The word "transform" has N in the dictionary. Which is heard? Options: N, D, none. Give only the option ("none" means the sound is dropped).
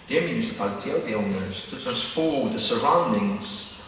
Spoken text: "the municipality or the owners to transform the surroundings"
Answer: none